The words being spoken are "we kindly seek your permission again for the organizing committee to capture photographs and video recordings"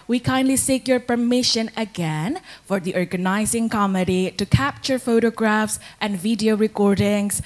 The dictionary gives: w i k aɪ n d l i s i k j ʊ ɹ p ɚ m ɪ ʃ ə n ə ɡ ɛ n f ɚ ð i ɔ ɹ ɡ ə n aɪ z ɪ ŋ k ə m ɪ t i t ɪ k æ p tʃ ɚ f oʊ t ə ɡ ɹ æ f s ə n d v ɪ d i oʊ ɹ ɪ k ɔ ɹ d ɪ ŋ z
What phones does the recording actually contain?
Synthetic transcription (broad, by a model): w i k aɪ n d l i s i k j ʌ ɹ p ɚ m ɪ ʃ ə n ə ɡ ɛ n f ɚ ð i ɔ ɹ ɡ ə n aɪ z ɪ ŋ k ə m ɪ t i t ɪ k æ p tʃ ɚ f oʊ t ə ɡ ɹ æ f s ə n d v ɪ d i oʊ ɹ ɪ k ɔ ɹ d ɪ ŋ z